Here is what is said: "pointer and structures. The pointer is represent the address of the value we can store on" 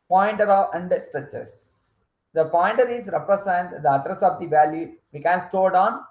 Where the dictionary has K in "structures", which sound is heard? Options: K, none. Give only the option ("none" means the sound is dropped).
none